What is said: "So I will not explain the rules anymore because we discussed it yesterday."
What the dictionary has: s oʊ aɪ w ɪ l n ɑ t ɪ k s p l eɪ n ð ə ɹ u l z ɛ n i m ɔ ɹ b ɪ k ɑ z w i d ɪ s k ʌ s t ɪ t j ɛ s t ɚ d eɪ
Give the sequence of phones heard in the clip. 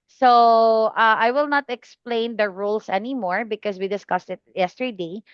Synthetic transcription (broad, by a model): s oʊ aɪ w ɪ l n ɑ t ɪ k s p l eɪ n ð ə ɹ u l s ɛ n i m ɔ ɹ b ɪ k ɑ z w i d ɪ s k ʌ s t ɪ t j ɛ s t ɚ d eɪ